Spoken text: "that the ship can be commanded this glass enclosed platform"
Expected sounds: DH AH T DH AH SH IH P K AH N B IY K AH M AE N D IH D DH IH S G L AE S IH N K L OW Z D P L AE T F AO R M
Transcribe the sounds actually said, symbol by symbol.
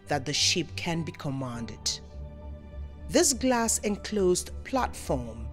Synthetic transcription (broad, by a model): DH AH T DH AH SH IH P K AH N B IY K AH M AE N D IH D DH IH S G L AE S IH N K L OW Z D P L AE T F AO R M